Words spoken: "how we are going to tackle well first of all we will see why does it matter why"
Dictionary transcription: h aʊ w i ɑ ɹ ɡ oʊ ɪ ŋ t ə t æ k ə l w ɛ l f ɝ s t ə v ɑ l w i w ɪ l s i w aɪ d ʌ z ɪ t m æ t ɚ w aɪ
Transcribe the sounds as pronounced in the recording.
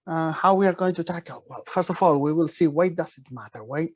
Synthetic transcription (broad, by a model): h aʊ w i ɑ ɹ ɡ oʊ ɪ ŋ t ə t æ k ə l w ɛ l f ɝ s t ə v ɑ l w i w ɪ l s i w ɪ d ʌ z ɪ t m æ t ɚ w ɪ